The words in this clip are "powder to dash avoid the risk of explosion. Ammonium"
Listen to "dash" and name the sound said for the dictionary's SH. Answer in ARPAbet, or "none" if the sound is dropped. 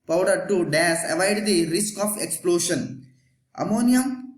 S